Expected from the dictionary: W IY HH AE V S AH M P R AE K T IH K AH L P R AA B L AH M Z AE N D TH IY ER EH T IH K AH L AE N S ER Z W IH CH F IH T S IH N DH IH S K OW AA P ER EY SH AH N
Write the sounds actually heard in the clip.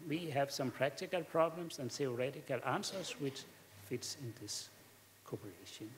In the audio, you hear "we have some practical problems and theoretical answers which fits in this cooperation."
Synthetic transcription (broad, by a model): W IY HH AE V S AH M P R AE K T IH K AH L P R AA B L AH M S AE N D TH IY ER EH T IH K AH L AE N S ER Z W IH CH F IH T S IH N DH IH S K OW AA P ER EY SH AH N